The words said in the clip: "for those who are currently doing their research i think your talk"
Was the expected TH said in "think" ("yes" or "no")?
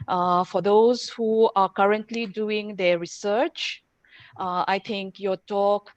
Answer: no